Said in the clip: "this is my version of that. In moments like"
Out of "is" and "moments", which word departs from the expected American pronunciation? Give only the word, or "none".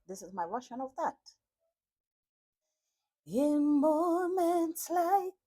none